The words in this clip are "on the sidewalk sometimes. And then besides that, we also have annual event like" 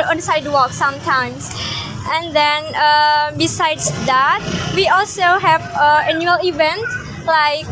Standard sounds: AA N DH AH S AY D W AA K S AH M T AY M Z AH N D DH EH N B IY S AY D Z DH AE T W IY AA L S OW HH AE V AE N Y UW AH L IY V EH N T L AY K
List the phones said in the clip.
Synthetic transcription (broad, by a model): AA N S AY D W AA K S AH M T AY M S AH N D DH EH N B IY S AY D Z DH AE T W IY AA L S OW HH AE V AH N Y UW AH L IY V EH N T L AY K